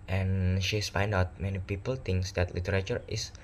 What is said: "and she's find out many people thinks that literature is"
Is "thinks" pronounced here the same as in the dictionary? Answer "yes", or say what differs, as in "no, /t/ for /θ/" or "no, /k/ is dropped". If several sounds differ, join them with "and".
no, /t/ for /θ/